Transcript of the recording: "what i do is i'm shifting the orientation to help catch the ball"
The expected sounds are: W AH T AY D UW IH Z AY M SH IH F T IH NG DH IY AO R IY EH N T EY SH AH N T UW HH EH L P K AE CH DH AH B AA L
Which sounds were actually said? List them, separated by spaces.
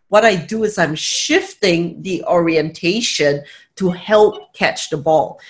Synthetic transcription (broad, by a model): W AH T AY D UW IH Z AY M SH IH F T IH NG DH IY AO R IY EH N T EY SH AH N T UW HH EH L P K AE CH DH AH B AA L